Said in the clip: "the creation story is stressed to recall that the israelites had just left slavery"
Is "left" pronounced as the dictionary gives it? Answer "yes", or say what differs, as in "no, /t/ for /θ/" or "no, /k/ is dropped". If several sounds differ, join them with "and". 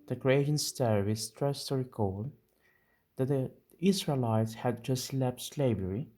no, /p/ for /f/